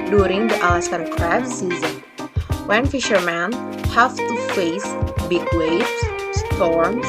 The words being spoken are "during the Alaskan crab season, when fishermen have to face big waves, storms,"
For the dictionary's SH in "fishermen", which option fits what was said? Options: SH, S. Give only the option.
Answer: SH